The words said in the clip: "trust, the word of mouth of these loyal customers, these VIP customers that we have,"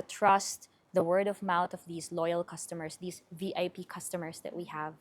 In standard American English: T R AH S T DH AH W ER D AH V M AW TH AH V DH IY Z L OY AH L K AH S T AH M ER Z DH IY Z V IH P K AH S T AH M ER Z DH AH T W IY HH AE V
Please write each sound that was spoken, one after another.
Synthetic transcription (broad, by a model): T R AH S T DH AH W ER D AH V M AW T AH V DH IY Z L OY AH L K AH S T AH M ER S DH IY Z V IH P K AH S T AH M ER S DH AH T W IY HH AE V